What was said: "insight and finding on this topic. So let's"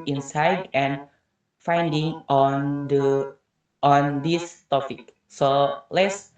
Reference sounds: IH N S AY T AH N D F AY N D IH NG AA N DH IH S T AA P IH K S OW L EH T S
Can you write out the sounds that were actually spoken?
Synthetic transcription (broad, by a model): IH N S AY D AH N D F AY N D IH NG AA N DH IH S T AA P IH K S OW L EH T S